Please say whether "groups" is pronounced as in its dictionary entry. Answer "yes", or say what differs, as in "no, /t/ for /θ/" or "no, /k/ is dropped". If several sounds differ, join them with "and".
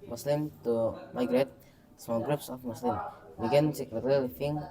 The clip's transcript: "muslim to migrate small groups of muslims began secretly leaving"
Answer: yes